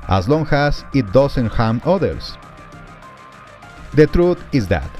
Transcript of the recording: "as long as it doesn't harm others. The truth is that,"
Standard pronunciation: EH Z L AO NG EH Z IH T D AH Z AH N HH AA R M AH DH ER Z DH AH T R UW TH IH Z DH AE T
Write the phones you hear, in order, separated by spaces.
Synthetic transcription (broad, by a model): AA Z L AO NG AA S IH T D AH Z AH N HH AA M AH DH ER S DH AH T R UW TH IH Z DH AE T